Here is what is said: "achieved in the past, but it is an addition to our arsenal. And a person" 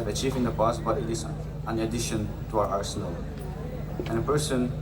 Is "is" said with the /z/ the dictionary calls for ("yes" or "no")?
no